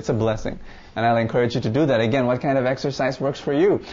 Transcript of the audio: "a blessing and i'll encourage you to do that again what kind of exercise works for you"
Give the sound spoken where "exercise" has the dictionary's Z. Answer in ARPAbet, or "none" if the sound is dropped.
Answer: Z